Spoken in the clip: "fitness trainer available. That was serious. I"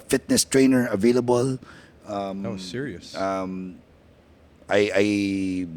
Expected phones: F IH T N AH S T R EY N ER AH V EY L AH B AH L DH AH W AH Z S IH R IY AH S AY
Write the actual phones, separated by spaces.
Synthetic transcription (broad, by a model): F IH T N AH S T R EY N ER AH V EY L AH B AH L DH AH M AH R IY IY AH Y AY